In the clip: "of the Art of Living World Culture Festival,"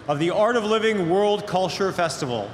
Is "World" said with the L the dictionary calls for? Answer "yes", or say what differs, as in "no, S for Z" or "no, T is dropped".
yes